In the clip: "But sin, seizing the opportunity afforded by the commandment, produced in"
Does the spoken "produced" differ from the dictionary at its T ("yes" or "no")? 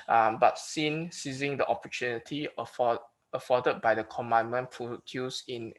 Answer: yes